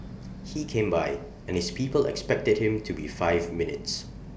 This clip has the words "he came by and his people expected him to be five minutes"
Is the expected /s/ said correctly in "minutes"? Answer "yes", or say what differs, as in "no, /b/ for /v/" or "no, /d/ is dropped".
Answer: yes